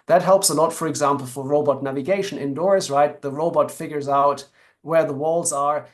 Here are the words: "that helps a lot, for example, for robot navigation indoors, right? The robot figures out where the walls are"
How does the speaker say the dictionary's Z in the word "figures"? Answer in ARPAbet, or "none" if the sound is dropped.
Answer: Z